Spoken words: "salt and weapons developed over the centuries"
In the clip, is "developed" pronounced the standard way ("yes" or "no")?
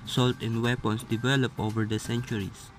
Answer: no